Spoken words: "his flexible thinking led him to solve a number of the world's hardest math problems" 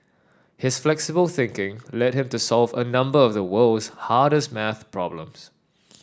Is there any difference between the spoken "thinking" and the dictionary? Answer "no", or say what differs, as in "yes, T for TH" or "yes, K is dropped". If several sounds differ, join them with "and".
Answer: no